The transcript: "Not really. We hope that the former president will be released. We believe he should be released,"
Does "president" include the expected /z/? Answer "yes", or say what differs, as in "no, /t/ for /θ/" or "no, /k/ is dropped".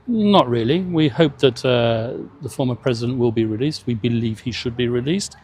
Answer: yes